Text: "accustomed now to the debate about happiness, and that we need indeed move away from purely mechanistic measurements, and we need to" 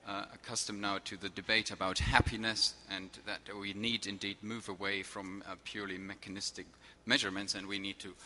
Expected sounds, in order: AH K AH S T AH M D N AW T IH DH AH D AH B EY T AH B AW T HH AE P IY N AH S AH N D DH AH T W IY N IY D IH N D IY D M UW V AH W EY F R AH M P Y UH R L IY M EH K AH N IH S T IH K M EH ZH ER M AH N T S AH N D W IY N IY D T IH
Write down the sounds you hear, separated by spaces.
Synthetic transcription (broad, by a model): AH K AH S T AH M N AW T IH DH AH D AH B EY T AH B AW T HH AE P IY N AH S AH N DH AH T W IY N IY D IH N D IY D M UW V AH W EY F R AH M P Y UH R L IY M EH K AH N IH S T IH K M EH ZH ER M AH N T S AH N W IY N IY D T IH